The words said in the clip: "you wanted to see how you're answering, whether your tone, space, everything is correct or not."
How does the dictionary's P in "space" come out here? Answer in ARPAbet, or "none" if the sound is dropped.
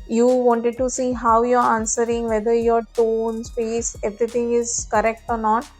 F